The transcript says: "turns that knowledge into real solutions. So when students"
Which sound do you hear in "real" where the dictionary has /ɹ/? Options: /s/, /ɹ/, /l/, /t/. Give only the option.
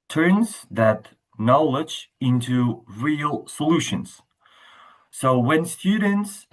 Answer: /ɹ/